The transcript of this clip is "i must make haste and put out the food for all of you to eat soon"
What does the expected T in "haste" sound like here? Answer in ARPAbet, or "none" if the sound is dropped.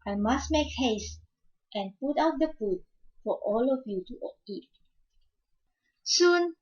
T